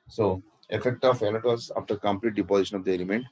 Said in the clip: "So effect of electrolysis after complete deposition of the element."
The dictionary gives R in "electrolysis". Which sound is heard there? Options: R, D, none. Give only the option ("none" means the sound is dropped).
none